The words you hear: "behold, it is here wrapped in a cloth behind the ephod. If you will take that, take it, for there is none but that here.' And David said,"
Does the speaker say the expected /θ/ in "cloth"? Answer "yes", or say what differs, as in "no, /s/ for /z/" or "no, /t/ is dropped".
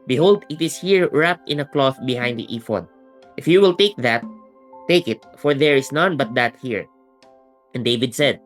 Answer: yes